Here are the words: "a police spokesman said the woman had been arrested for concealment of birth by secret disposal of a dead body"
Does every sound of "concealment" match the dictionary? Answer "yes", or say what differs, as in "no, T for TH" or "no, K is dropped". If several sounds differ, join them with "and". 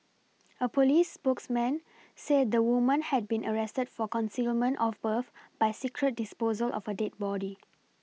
yes